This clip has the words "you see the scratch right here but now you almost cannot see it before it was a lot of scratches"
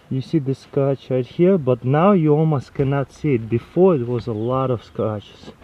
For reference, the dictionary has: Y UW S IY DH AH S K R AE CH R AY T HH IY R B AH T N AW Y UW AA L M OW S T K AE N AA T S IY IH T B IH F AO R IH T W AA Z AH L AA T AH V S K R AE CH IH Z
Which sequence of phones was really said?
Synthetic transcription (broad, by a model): Y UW S IY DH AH S K AH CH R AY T HH IY R B AH T N AW Y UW AA L M OW S T K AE N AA T S IY IH T B IH F AO R IH T W AA Z AH L AA T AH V S K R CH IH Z